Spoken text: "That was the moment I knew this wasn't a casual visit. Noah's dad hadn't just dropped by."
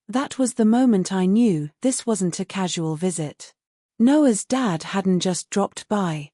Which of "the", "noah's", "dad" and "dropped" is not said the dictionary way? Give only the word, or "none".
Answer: none